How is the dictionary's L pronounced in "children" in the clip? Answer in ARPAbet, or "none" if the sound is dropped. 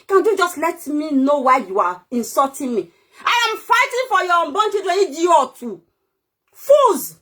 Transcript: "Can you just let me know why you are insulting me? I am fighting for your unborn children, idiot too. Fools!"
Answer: none